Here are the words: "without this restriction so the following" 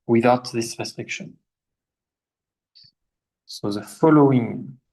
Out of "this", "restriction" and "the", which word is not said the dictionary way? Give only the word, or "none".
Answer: none